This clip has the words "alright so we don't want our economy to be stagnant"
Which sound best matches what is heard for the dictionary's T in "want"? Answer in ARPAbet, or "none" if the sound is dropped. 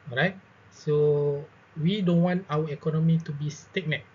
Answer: T